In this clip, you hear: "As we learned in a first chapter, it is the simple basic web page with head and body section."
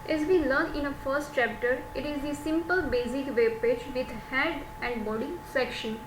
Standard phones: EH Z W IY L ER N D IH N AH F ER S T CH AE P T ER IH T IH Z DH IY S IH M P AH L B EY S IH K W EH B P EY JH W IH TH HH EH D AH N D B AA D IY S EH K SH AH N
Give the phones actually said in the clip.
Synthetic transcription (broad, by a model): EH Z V IY L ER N IH N AH F ER S T CH AE P T ER IH T IH Z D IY S IH M P AH L B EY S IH K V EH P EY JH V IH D HH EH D AH N D B AA D IY S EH K SH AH N